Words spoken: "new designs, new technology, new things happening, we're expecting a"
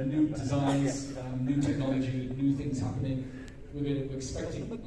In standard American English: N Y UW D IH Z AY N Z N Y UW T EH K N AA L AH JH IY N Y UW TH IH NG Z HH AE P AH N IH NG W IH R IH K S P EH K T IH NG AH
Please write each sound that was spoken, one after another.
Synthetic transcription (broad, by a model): N Y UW D IH Z AY N Z N Y UW T EH K N AA L AH JH IY N Y UW TH IH NG Z HH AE P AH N IH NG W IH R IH K S P EH K T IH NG